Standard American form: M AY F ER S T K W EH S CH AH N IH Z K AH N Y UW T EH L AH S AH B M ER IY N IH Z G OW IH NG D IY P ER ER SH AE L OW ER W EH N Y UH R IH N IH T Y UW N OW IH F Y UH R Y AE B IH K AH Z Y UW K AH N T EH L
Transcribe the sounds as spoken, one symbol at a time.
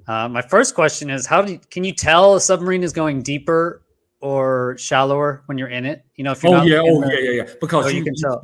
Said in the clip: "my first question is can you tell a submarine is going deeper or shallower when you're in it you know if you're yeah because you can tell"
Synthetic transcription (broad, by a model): M AY F ER S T K W EH S CH AH N IH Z K AH N Y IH T EH L AH S AH B M ER IY N IH Z G OW IH NG D IY P ER ER SH AE L OW ER W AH N Y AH R IH N IH T Y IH N OW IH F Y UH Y Y AE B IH K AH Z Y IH K AH N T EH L